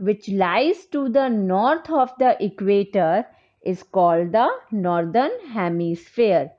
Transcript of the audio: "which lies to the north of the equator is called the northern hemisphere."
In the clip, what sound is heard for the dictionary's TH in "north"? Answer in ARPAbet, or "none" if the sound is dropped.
T